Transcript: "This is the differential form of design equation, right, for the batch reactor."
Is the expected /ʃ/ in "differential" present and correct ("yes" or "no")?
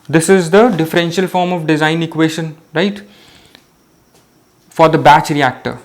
yes